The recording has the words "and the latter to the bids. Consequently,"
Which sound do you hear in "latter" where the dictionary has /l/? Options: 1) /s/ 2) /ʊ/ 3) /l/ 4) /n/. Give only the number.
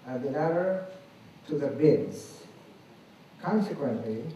4